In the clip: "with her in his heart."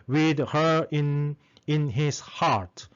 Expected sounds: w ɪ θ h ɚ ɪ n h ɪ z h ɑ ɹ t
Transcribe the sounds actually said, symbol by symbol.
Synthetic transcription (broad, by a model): w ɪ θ h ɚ ɪ n h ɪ s h ɑ ɹ t